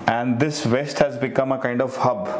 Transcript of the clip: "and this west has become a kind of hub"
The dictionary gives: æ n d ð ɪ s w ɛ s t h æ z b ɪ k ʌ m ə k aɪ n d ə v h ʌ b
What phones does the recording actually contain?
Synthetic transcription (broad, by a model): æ n d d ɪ s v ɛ s t h æ z b ɪ k ʌ m ə k aɪ n d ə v h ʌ b